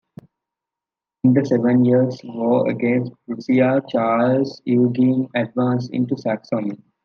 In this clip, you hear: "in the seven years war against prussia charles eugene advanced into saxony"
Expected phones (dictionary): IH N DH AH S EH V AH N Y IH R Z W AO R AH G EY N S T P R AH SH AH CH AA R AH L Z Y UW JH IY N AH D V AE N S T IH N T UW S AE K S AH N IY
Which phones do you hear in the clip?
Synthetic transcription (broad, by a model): IH N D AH S EH V AH N Y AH R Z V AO AH G EY N S T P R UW S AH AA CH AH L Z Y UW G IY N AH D V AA N S IH N T UW S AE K S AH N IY